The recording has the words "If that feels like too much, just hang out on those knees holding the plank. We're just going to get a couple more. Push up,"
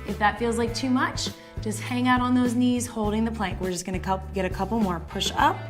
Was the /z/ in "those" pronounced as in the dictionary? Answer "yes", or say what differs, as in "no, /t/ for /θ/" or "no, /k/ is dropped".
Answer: yes